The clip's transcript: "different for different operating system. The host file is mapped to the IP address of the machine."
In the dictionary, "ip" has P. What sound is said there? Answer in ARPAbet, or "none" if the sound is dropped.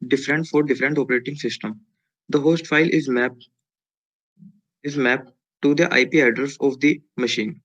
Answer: P